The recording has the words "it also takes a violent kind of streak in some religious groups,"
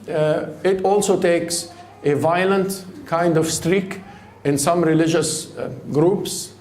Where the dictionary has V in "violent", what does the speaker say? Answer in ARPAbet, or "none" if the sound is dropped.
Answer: V